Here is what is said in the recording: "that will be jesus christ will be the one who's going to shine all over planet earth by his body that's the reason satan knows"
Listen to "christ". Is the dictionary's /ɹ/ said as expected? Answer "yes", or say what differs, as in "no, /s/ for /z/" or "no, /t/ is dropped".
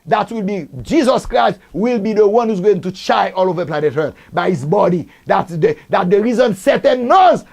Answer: yes